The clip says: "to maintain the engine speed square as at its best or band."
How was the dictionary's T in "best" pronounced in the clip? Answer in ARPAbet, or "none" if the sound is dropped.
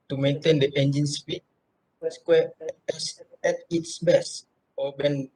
none